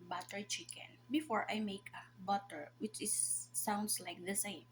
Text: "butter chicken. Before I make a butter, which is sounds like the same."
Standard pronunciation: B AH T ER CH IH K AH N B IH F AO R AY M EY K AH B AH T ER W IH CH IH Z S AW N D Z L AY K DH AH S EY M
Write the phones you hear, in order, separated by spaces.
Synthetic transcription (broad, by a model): B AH T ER CH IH K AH N B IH F AO R AY M EY K AH B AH T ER W IH CH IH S AW N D S L AY K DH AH S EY M